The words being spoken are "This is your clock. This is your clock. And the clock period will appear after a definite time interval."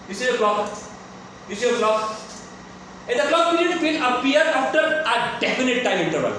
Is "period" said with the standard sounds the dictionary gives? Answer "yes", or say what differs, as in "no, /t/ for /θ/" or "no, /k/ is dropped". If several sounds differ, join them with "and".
no, /l/ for /ɹ/